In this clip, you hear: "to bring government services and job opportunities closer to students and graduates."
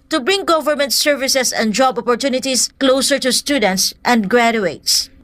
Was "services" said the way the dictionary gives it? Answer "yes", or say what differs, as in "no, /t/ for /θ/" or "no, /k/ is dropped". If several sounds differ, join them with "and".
no, /s/ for /z/